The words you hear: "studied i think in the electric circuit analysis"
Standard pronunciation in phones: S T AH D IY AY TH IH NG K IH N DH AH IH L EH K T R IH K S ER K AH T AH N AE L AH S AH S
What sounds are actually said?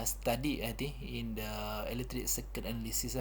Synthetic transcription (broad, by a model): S T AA D IY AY T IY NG IH N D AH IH L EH T R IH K S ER K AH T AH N L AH S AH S